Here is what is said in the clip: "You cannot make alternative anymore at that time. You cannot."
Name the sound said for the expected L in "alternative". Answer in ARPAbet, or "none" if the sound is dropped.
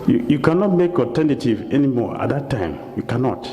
none